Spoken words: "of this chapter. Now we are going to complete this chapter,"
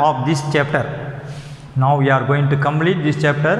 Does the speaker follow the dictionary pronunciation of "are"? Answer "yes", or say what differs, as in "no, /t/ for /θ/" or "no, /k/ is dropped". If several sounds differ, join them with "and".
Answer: yes